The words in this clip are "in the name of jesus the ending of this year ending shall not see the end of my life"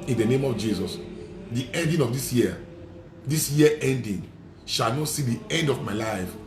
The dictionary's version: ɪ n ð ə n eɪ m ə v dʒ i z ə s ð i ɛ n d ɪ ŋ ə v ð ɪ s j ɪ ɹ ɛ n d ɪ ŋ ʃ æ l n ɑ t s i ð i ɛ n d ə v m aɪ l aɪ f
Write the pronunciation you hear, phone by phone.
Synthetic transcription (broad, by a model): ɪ n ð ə n eɪ m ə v dʒ i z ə s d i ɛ n d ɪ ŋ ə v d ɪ s j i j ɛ n d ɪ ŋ ʃ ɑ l n ɑ t s i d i ɛ n d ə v m aɪ l aɪ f